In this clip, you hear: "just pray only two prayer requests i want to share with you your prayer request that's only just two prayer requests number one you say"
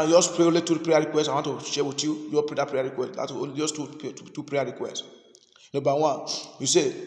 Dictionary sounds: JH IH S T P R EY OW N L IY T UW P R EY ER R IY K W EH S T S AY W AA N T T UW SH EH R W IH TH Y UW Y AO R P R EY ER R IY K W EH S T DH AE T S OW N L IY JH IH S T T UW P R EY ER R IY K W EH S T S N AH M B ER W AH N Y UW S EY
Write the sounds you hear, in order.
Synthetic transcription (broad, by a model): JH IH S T P R EY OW L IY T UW P R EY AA R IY K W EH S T AY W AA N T T UW SH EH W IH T Y UW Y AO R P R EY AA R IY K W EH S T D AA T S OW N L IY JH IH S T T UW P R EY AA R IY K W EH S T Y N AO B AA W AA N Y UW S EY